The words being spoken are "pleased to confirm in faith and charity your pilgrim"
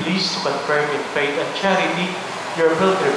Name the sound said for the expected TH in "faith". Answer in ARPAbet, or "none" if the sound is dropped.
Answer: T